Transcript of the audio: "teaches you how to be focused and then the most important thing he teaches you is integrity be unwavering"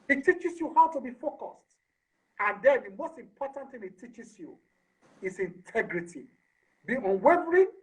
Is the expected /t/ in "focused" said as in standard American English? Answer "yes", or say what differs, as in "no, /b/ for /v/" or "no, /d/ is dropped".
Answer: yes